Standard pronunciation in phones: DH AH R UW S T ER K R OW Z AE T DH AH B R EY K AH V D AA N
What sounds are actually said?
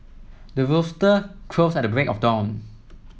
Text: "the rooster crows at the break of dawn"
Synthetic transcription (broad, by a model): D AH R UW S T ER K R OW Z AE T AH B R EY K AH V D AA N